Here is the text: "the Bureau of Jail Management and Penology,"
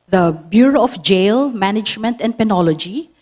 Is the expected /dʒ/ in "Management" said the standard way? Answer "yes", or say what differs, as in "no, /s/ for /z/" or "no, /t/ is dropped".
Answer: yes